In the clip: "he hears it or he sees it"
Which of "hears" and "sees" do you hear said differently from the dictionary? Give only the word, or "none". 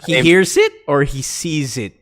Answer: none